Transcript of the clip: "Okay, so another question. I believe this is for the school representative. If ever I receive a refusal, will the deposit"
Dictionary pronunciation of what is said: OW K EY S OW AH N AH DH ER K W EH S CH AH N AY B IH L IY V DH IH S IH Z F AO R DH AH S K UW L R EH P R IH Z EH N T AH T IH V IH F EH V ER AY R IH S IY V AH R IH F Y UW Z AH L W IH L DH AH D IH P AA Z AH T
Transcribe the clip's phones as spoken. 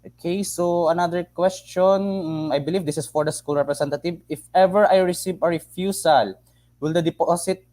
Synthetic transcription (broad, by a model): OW K EY S OW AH N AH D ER K W EH S CH AH N AY B IH L IY V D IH S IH S F AO R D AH S K UW L R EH P R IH S EH N T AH T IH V IH F EH V ER AY R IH S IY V AH R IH F Y UW S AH L W IH L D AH D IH P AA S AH T